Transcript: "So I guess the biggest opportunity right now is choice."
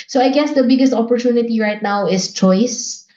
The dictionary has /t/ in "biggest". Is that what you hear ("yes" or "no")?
yes